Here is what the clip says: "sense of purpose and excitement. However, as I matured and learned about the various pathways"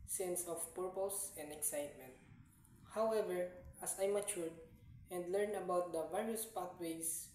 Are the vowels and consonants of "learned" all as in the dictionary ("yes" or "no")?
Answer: no